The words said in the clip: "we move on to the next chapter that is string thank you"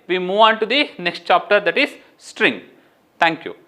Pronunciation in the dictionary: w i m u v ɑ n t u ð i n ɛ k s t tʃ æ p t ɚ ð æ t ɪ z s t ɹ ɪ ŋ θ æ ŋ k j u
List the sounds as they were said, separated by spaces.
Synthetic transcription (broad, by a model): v i m u v ɑ n t u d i n ɛ k s t tʃ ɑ p t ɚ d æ t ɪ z s t ɹ ɪ ŋ t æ ŋ k j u